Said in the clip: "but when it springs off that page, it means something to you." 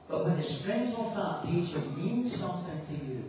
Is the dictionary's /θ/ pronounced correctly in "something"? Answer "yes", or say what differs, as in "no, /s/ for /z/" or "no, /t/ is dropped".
yes